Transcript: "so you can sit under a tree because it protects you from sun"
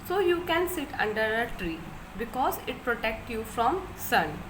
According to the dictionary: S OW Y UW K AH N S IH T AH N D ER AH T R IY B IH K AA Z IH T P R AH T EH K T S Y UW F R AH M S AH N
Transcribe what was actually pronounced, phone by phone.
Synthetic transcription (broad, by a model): S OW Y UW K AH N S IH T AH N D ER AH T R IY B IH K AA Z IH T P R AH T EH K T Y UW F R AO M S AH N